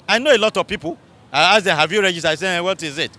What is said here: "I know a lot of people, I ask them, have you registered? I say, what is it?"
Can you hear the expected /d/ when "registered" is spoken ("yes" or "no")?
no